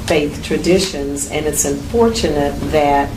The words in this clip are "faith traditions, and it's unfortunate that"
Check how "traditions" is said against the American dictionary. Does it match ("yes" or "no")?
yes